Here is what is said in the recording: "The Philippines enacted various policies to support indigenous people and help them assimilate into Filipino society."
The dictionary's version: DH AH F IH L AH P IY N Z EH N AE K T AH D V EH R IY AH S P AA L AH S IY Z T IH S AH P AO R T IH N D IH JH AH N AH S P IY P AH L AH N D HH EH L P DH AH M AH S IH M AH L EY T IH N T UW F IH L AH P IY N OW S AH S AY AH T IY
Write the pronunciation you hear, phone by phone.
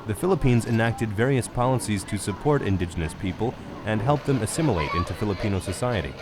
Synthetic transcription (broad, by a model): DH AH F IH L AH P IY N Z EH N AE K T AH D V EH R IY AH S P AA L AH S IY Z T IH S AH P AO R T IH N D IH JH AH N AH S P IY P AH L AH N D HH EH L P DH AH M AH S IH M AH L EY T IH N T UW F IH L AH P IY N OW S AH S AY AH T IY